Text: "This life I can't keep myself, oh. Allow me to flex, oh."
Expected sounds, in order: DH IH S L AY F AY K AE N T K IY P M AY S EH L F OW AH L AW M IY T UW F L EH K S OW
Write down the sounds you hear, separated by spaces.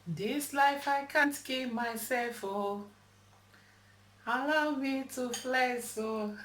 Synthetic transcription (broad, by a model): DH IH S L AY F AY K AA N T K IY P M AY S EH L F OW AH L AW M IY T UW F L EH S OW